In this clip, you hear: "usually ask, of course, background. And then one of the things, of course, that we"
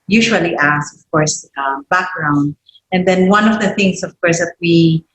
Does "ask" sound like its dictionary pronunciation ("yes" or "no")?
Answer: no